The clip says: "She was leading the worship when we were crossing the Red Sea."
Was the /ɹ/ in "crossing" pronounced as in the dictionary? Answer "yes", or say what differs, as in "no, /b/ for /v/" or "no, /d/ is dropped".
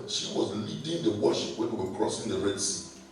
yes